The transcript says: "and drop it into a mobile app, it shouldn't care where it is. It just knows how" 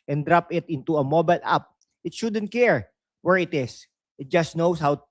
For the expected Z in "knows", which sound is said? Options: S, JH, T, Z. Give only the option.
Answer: S